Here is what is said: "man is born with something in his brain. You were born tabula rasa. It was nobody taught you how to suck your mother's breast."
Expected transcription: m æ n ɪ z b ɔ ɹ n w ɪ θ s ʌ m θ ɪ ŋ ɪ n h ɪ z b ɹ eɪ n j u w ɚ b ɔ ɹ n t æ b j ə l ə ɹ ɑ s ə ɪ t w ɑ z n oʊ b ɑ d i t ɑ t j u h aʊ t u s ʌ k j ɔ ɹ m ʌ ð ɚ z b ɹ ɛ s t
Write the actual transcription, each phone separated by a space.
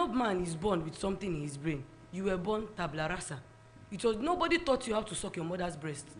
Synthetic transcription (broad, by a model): m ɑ n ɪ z b ɔ n w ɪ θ s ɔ m t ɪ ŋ ɪ n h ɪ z b ɹ eɪ n j u w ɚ b ɔ n t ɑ b l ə ɹ ɑ s ə ɪ t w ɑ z n oʊ b ɑ d i t ɑ t j u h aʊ t u s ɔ k j ɔ m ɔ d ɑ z b ɹ ɛ s t